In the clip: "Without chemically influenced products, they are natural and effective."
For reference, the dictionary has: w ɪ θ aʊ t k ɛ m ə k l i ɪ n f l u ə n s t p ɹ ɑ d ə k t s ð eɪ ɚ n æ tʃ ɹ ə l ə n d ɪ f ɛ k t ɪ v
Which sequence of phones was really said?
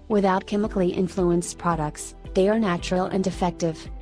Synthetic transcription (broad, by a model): w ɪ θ aʊ t k ɛ m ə k l i ɪ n f l u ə n s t p ɹ ɑ d ə k t s ð eɪ ɚ n æ tʃ ɹ ə l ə n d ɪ f ɛ k t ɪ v